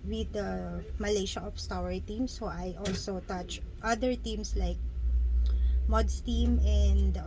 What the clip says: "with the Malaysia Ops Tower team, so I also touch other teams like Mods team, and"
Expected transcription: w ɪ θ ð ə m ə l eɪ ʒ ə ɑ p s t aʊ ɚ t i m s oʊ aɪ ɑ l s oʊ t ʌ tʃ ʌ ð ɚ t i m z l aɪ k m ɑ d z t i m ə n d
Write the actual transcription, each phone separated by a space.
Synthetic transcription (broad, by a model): w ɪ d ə m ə l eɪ ʃ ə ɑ f s t aʊ ɚ t i m s oʊ aɪ ɑ l s oʊ t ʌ tʃ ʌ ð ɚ t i m s l aɪ k m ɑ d s t i m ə n d